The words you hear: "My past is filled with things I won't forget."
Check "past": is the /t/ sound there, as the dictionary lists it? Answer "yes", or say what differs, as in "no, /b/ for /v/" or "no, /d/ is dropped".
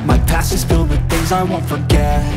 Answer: no, /t/ is dropped